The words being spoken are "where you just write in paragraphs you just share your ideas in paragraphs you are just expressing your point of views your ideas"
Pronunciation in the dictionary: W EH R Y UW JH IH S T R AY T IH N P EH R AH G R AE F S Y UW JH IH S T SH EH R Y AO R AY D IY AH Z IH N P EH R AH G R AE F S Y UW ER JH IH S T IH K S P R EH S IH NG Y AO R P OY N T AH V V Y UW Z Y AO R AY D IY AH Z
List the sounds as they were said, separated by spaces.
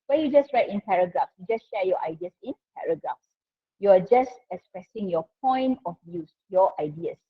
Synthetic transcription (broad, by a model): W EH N Y UW JH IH S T R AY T IH N P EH R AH G R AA F S Y UW JH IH S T SH EH Y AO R AY D IY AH S IH N P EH R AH G R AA F S Y UW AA JH IH S T IH K S P R EH S IH NG Y AO P OY N T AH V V Y UW S Y AO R AY D IY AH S